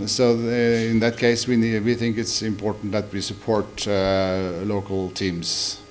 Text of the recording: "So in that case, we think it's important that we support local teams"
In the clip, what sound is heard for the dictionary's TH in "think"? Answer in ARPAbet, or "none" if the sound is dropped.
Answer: TH